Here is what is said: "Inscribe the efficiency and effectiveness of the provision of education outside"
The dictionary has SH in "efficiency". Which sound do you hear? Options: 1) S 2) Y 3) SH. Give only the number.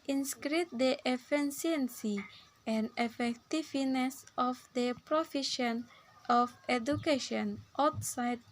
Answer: 1